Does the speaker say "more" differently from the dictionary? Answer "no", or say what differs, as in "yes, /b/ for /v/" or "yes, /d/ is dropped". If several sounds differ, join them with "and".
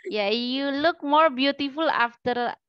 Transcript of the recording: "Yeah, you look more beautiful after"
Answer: no